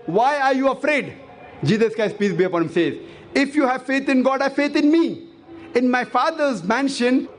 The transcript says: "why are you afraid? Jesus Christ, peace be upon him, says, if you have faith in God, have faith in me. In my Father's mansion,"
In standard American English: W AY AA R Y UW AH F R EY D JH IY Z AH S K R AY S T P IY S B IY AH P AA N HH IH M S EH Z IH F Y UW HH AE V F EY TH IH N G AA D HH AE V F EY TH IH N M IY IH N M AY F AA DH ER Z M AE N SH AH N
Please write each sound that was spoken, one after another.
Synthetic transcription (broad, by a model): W AY AA R Y UW AH F R EY D JH IY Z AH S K AY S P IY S B IY AH P AA N HH IH M S EH Z IH F Y UW HH AE V F EY T IH N G AA D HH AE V F EY T IH N M IY IH N M AY F AA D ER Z M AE N SH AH N